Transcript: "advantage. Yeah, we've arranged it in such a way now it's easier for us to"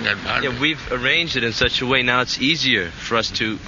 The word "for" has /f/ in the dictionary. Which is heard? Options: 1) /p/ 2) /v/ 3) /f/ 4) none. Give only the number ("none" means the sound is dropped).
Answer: 3